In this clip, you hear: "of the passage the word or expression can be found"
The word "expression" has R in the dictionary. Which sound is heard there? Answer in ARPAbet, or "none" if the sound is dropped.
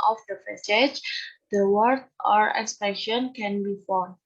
none